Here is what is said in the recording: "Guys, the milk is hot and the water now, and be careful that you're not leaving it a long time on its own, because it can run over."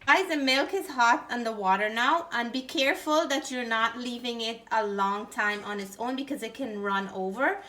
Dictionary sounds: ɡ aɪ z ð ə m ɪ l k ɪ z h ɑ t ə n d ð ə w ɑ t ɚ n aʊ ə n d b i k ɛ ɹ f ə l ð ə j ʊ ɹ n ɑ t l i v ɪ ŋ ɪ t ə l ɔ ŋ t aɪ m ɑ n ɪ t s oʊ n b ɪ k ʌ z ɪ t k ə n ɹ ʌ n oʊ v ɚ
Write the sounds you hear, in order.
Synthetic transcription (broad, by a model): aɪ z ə m ɪ l k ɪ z h ɑ t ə n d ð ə w ɑ t ɚ n aʊ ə n b i k ɛ ɹ f ə l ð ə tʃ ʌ ɹ n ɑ t l i v ɪ ŋ ɪ t ə l ɔ ŋ t aɪ m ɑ n ɪ t s oʊ n b ɪ k ʌ z ɪ t k ə n ɹ ʌ n oʊ v ɚ